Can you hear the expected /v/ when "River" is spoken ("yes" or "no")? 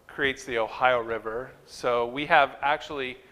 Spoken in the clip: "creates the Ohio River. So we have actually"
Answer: yes